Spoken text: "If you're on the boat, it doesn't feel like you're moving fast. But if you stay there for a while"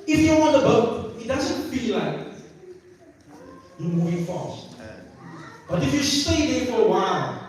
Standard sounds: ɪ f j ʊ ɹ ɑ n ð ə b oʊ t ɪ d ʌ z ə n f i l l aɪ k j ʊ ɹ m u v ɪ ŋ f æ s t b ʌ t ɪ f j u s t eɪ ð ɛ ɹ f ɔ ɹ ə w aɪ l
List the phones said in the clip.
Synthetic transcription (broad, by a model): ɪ f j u w ɑ n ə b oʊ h ɪ d ʌ z ə n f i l l aɪ k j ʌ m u ɪ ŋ f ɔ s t b ʌ t ɪ f j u s t eɪ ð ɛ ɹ f ɔ ɹ ə w aɪ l